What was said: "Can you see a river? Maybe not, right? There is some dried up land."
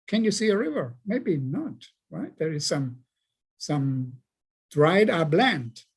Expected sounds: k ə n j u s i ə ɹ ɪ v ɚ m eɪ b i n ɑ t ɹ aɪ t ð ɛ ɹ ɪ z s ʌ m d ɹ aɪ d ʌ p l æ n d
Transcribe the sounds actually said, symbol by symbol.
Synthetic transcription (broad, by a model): k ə n j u s i ə ɹ ɪ v ɚ m eɪ b i n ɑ t ɹ aɪ t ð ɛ ɹ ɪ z s ʌ m d ɹ aɪ d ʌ b l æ n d